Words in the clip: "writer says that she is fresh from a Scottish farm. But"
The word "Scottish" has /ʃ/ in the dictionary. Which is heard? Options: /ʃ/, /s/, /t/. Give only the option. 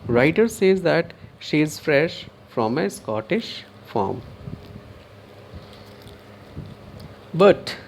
/ʃ/